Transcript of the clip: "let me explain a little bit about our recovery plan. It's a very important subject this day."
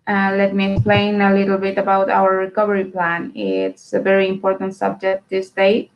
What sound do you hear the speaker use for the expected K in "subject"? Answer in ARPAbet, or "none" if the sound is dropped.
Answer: K